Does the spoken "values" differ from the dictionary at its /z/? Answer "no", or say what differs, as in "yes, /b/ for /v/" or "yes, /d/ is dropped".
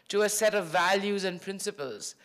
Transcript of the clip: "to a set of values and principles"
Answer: no